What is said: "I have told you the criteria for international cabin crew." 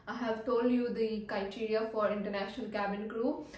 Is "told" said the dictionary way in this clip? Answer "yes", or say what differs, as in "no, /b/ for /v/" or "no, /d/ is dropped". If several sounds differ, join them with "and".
yes